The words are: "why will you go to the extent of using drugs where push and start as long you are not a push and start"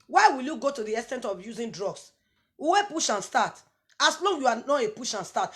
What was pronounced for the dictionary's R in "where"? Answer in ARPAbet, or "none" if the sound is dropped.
W